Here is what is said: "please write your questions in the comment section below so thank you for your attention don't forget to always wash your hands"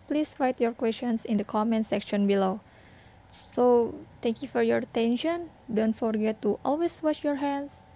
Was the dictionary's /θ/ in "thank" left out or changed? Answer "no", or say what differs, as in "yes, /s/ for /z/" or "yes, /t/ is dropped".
yes, /t/ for /θ/